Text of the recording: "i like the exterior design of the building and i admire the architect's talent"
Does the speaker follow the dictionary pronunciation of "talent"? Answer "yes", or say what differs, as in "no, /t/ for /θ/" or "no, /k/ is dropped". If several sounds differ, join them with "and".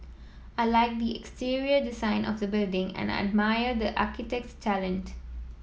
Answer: yes